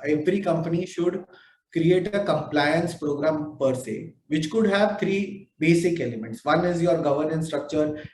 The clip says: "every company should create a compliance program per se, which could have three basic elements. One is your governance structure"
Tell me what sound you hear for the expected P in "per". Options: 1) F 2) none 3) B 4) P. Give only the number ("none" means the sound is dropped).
4